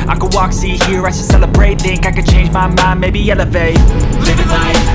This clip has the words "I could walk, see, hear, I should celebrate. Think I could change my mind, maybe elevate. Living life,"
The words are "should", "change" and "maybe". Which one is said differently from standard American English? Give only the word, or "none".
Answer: should